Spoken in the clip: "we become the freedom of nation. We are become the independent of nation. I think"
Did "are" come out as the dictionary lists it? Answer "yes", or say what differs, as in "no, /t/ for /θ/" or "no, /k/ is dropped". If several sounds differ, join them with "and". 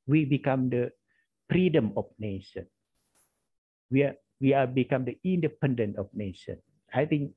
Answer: no, /w/ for /ɹ/